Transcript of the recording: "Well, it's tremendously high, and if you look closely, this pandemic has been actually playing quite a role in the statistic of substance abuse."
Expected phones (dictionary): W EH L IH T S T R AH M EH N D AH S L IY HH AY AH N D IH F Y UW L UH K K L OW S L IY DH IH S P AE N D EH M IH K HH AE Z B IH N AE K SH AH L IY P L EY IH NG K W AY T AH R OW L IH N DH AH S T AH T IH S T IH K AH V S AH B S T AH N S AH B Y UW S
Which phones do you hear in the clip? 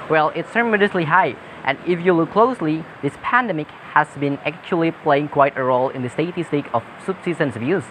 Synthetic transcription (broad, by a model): W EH L IH T S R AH M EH D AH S L IY HH AY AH N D IH F Y UW L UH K K L OW S L IY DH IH S P AE N D EH M IH K HH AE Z B IH N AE K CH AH L IY P L EY IH NG K W AY T AH R OW L IH N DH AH S T AH T IH S T IH K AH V S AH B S S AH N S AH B Y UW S